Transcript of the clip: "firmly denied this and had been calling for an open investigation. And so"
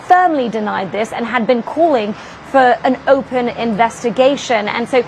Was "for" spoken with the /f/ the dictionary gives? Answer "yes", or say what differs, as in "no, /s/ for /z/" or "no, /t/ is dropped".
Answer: yes